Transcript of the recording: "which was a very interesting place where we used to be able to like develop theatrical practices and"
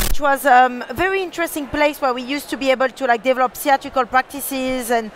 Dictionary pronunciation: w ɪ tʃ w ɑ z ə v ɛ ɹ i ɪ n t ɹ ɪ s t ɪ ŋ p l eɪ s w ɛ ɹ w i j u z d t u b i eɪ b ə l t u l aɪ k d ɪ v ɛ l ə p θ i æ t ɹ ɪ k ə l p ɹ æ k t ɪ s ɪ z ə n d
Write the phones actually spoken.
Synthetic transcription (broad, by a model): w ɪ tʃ w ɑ z ə v ɛ ɹ i ɪ n t ɹ ɪ s t ɪ ŋ p l eɪ s w ɛ ɹ w i j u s t u b i eɪ b ə l t u l aɪ k d ɪ v ɛ l ə p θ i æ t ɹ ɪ k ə l p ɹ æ k t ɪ s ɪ z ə n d